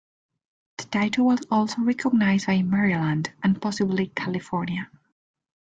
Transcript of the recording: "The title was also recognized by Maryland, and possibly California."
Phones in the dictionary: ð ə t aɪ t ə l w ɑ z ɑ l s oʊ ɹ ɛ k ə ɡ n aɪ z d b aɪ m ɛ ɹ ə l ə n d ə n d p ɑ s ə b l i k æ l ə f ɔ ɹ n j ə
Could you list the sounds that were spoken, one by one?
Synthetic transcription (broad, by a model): ð ə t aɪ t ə w ɑ z ɑ l s oʊ ɹ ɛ k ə ɡ n aɪ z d b aɪ m ɛ ɹ ə l ə n d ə n p ɑ s ə b l i k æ l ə f ɔ ɹ n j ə